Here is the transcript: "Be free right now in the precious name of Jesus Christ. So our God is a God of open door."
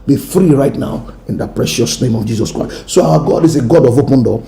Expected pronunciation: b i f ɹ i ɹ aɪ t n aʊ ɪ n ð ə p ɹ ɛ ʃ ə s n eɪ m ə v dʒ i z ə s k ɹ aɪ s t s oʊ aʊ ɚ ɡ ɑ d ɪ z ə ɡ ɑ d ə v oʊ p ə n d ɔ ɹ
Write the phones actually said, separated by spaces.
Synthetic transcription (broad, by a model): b i f ɹ i ɹ aɪ t n aʊ ɪ n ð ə p ɹ ɛ ʃ ə s n eɪ m ə v dʒ i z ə s k ɹ aɪ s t s oʊ aʊ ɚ ɡ ɑ d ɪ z ə ɡ ɑ d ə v oʊ p ə n d ɔ